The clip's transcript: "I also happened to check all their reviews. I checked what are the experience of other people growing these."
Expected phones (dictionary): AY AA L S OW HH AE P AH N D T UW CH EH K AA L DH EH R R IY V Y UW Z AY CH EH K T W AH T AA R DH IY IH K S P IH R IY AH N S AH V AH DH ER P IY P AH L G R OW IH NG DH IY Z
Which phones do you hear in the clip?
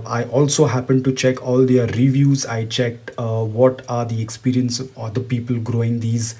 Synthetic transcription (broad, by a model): AY AA L S OW HH AE P AH N D T UW CH EH K AA L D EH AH R IY V Y UW Z AY CH EH K T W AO T AA R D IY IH K S P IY R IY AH N S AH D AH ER P IY P AH L G R OW IH NG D IY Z